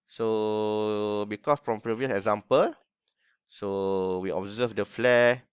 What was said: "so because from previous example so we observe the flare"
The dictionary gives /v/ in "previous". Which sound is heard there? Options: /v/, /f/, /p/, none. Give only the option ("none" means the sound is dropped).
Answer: /v/